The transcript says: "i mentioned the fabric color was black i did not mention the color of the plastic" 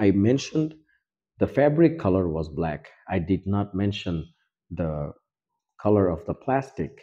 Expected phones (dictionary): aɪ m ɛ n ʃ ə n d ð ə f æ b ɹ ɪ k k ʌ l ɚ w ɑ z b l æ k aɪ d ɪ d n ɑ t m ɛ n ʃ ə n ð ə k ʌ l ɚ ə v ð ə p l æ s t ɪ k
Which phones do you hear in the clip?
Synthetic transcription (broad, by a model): aɪ m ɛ n ʃ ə n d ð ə f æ b ɹ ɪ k k ʌ l ɚ w ɑ z b l æ k aɪ d ɪ d n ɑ t m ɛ n ʃ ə n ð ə k ʌ l ɚ ə v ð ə p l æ s t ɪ k